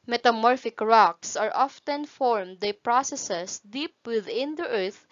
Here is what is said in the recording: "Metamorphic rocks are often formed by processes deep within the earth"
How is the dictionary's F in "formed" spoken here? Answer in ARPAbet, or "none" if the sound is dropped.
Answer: F